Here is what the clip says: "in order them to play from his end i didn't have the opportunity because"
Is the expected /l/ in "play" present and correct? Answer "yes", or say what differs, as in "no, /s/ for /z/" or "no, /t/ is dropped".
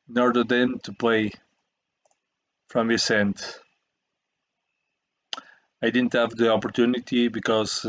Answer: yes